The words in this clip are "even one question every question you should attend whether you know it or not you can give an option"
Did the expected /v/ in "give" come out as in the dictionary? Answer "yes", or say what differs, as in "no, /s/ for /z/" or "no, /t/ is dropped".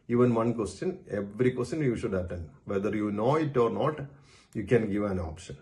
yes